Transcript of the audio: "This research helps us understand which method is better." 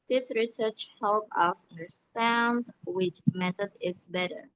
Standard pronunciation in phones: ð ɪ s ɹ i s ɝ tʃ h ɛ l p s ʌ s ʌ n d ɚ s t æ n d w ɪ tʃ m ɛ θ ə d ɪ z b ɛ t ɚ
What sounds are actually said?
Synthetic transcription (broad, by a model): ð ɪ s ɹ i s ɝ tʃ h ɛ l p ʌ s ʌ n d ɚ s t æ n d w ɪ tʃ m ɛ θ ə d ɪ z b ɛ t ɚ